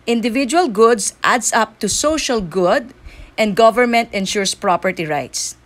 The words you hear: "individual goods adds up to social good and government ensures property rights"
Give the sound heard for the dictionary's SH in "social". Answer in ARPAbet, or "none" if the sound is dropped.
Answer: SH